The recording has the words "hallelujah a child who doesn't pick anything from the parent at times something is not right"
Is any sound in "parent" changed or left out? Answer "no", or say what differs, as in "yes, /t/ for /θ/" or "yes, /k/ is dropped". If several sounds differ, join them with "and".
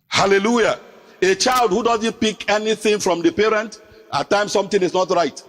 no